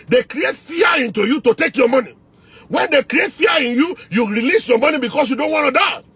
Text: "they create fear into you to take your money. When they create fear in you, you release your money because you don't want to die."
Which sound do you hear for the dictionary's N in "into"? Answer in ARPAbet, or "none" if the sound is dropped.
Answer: N